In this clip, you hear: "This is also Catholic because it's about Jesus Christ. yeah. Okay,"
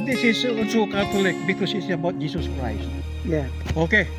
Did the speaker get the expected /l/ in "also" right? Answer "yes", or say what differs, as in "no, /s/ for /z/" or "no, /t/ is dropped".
no, /n/ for /l/